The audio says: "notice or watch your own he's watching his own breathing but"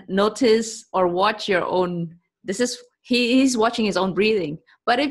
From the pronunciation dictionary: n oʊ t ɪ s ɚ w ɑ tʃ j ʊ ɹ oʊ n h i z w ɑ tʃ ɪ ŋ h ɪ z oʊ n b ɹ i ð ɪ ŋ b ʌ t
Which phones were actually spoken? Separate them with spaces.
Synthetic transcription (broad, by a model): n oʊ t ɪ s ɚ w ɑ tʃ j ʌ ɹ oʊ n h i z w ɑ tʃ ɪ ŋ h ɪ z oʊ n b ɹ i ð ɪ ŋ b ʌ t